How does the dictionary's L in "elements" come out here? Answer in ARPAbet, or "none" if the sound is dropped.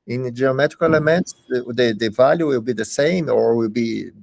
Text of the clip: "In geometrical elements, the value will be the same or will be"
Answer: none